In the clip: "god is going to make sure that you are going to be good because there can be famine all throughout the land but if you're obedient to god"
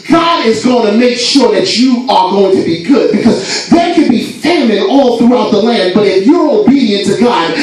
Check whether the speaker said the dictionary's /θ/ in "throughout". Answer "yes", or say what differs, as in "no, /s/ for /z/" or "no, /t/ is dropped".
yes